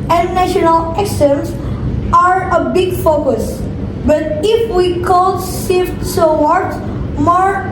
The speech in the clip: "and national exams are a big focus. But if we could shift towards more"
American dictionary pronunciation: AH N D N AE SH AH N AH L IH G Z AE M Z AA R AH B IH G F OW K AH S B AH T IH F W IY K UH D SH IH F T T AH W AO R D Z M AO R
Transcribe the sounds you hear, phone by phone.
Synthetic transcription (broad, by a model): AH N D N AE SH AH N AH L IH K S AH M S AA R AH B IH G F OW K AH S B AH T IH F W IY K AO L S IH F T S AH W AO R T M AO R